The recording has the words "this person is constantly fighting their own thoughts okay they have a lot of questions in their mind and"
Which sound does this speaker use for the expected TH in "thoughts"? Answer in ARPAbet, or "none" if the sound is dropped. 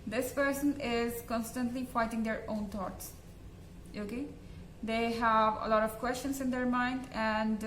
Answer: T